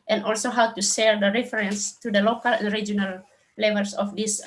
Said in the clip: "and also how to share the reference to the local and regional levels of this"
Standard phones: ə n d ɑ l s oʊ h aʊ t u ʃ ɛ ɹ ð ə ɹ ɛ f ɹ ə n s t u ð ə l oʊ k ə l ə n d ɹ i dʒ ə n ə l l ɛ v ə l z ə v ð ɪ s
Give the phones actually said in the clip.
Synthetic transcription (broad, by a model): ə n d ɑ l s oʊ h aʊ t u s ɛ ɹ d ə ɹ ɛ f ɹ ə n s t u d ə l oʊ k ə l ə n d ɹ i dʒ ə n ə l l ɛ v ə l s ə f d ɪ s